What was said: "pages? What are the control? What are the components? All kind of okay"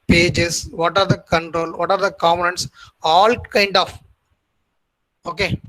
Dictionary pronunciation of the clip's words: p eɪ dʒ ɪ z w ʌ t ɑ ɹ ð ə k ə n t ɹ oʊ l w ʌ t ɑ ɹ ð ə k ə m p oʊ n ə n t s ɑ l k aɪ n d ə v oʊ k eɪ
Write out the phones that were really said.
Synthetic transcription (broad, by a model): p eɪ dʒ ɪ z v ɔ t ɑ ɹ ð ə k ə n t ɹ oʊ l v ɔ t ɑ ɹ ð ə k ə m oʊ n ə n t s ɑ l k aɪ n d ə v oʊ k eɪ